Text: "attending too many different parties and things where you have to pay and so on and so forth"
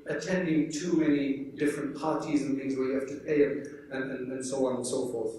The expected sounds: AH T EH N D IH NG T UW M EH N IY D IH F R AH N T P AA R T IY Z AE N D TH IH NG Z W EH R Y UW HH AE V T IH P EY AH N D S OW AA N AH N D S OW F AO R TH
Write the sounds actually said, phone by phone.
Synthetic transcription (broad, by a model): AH T EH N D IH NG T UW M EH N IY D IH F R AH N P AA R T IY Z N TH IH NG Z W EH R Y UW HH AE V T IH P EY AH N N S OW AA N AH N S OW F AO R TH